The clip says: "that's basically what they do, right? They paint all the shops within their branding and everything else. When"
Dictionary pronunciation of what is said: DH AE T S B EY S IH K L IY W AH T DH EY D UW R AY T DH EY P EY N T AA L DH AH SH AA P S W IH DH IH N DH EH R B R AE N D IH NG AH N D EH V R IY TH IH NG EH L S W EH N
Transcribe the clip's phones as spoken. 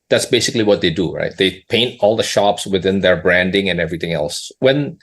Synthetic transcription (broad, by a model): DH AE T S B EY S IH K L IY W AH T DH EY D UW R AY T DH EY P EY N T AA L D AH SH AA P S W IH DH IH N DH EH R B R AE N D IH NG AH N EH V R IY T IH NG EH L S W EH N